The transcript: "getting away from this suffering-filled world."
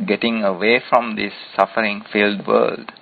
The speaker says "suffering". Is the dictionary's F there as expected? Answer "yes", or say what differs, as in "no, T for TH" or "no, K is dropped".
yes